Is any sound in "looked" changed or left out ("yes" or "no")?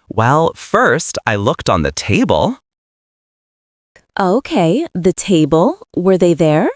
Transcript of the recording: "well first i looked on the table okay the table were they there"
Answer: no